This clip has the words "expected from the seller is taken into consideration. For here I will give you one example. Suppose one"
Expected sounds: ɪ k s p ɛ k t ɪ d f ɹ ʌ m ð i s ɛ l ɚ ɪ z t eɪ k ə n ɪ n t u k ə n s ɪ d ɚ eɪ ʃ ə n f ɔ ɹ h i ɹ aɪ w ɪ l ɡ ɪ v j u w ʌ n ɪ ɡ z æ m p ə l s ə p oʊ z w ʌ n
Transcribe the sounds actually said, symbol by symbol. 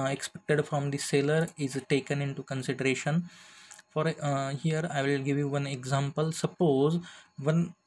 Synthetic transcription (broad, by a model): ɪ k s p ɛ k t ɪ d f ɹ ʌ m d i s ɛ l ɚ ɪ z t eɪ k ə n ɪ n t u k ə n s ɪ d ɚ eɪ ʃ ə n f ɔ ɹ h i ɹ aɪ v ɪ l ɡ ɪ v j u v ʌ n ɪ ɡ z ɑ m p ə l s ə p oʊ z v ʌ n